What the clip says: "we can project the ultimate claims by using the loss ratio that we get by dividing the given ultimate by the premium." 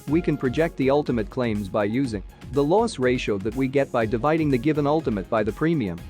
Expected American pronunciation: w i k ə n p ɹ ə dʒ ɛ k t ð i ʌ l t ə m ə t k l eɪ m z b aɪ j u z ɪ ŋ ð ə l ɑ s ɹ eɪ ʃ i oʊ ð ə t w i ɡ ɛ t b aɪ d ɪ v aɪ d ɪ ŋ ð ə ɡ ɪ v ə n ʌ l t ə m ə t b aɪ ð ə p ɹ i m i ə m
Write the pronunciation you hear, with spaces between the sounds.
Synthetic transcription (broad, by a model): w i k ə n p ɹ ə dʒ ɛ k t ð i ʌ l t ə m ə t k l eɪ m z b aɪ j u z ɪ ŋ ð ə l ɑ s ɹ eɪ ʃ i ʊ ð ə t w i ɡ ɛ t b aɪ d ɪ v aɪ d ɪ ŋ ð ə ɡ ɪ v ə n ʌ l t ə m ə t b aɪ ð ə p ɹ i m i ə m